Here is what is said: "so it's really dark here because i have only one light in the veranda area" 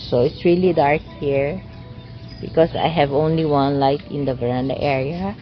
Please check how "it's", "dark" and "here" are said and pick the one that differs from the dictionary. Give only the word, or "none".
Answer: none